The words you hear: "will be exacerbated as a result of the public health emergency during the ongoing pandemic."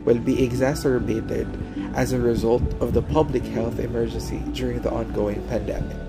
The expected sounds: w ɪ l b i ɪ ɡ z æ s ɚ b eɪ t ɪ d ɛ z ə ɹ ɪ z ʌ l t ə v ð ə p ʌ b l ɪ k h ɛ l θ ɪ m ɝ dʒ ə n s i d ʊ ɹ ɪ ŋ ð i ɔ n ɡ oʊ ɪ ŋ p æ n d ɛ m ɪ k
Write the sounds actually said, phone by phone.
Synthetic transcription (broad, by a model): w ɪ l b i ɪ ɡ z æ s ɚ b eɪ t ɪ d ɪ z ə ɹ ɪ z ʌ l t ə v ð ə p ʌ b l ɪ k h ɛ l θ ɪ m ɝ dʒ ə n s i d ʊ ɹ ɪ ŋ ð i ɔ n ɡ oʊ ɪ ŋ p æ n d ɛ m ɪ k